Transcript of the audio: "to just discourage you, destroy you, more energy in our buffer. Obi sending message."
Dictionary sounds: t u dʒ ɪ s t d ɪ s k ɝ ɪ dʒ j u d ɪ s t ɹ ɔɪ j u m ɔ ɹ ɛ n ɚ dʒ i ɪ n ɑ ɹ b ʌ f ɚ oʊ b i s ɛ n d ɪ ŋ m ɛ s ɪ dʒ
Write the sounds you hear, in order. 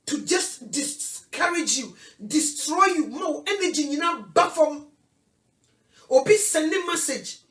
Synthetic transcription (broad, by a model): t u dʒ ɪ s t d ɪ s k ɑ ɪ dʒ j u d ɪ s t ɹ ɔɪ j u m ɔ w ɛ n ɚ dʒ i ɪ n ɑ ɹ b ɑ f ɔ oʊ b i s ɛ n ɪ m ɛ s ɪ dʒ